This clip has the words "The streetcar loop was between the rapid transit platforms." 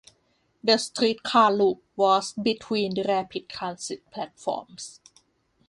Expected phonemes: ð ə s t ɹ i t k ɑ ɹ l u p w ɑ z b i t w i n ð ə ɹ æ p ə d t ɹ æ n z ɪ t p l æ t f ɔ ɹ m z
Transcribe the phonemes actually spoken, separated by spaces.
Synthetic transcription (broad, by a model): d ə s t ɹ i t k ɑ l u p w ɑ s b i t w i n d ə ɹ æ p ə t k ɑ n s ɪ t p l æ t f ɔ m s